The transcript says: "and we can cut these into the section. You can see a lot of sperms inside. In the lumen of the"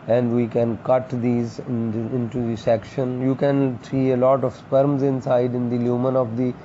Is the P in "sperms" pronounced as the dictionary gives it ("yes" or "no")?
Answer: yes